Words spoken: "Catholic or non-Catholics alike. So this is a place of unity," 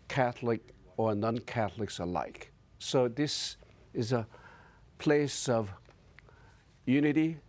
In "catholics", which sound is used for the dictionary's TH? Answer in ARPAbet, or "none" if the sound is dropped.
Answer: TH